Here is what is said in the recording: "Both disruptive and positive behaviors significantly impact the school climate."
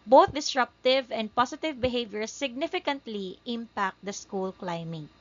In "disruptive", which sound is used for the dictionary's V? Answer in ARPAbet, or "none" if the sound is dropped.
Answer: V